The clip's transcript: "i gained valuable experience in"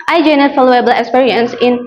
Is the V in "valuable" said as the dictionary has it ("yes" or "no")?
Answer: no